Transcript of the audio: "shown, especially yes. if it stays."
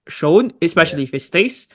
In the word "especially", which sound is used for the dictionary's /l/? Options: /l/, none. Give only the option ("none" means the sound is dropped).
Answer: none